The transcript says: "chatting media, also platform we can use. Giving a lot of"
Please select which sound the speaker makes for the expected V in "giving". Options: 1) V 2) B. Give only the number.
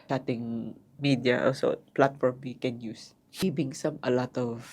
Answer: 2